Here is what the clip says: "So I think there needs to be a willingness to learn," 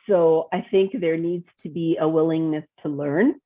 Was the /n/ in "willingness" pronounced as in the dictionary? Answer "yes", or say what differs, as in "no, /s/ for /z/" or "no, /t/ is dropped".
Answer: yes